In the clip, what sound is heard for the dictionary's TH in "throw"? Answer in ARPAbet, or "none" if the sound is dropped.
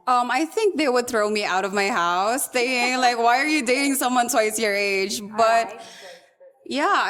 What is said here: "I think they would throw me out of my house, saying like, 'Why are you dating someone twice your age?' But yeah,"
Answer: TH